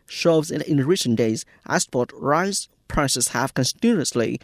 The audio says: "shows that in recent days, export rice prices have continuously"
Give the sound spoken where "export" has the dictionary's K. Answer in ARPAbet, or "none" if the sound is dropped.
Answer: none